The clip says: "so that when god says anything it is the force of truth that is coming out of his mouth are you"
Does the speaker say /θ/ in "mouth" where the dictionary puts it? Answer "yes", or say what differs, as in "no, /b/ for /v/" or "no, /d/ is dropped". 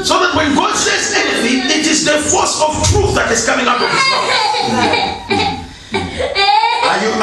no, /s/ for /θ/